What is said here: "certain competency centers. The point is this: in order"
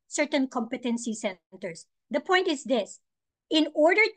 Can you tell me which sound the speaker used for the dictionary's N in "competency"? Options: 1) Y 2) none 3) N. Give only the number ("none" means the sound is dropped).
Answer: 3